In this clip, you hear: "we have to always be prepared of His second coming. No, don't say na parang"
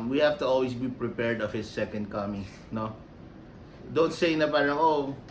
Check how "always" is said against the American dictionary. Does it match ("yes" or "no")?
no